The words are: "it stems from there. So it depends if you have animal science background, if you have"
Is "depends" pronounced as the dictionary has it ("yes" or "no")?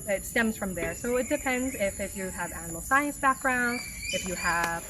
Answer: yes